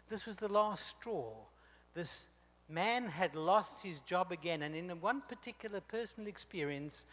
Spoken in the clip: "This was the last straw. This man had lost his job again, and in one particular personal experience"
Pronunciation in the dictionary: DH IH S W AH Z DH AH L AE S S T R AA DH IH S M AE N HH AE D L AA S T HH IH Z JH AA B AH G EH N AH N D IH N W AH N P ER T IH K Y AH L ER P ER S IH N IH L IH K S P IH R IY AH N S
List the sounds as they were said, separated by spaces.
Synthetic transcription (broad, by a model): DH IH S W AH Z DH AH L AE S S T R AA DH IH S M AE N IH D L AA S T HH IH Z JH AA B AH G EH N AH N IH N W AH N P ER T IH K Y L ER P ER S N L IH K S P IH R IY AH N S